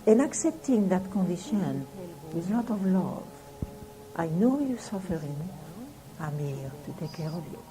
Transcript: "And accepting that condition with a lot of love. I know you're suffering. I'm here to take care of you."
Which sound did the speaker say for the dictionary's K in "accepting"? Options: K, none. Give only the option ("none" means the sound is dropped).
K